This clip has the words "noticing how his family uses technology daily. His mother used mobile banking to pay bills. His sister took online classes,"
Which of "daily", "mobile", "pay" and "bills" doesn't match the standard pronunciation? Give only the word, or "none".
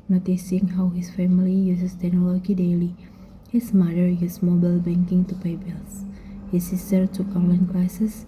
bills